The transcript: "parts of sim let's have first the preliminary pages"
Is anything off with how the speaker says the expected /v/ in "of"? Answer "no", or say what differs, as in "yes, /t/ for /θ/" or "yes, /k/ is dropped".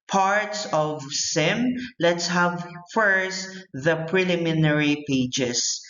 no